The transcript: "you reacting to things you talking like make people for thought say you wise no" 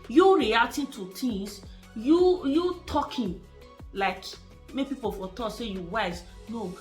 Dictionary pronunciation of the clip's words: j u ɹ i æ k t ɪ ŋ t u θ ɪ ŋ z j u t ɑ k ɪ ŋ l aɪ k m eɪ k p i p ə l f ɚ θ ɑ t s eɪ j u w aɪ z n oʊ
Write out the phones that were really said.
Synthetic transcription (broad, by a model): j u ɹ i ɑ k t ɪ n t u t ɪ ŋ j j u t ɑ k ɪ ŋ l aɪ k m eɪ p i p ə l f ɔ t ɑ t s eɪ j u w aɪ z n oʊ